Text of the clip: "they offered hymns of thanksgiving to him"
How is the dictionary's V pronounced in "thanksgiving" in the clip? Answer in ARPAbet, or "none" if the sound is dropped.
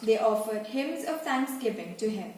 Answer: P